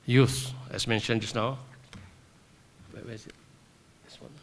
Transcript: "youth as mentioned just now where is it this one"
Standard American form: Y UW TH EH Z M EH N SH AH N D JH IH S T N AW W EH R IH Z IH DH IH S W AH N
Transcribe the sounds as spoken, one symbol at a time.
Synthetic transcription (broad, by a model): Y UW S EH S M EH N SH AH N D JH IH S N AW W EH W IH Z IH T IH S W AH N